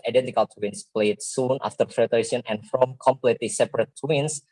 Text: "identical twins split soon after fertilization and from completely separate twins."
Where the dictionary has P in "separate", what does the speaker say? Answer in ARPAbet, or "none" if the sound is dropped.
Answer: P